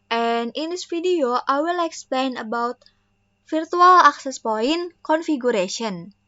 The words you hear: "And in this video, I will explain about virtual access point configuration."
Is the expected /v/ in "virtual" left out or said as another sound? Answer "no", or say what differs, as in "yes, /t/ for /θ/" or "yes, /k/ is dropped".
yes, /f/ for /v/